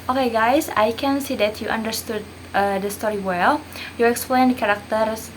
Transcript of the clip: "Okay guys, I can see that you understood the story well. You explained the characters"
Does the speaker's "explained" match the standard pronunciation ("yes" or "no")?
yes